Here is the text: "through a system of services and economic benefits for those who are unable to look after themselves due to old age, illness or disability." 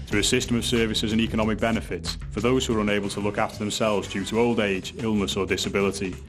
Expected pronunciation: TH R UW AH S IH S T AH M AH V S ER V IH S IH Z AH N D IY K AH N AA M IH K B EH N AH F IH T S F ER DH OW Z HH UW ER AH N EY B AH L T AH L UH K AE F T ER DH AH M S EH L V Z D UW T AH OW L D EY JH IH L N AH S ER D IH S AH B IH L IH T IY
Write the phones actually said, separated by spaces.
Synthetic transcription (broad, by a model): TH R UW AH S IH S T AH M AH V S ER V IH S IH Z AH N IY K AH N AA M IH K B EH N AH F IH T S F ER DH OW Z HH UW ER AH N EY B AH L T AH L UH K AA F T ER DH AH M S EH L V Z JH UW T AH OW L D EY JH IH L N AH S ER D IH S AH B IH L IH T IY